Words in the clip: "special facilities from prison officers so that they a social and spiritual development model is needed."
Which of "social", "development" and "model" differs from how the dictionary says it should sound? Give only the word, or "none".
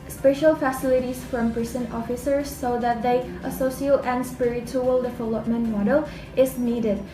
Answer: social